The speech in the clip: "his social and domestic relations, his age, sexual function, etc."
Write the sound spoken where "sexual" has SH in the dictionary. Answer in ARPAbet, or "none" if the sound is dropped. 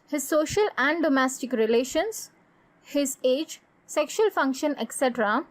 SH